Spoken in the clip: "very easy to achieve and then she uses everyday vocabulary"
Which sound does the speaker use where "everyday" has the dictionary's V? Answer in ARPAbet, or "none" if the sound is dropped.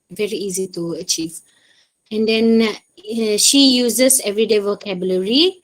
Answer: V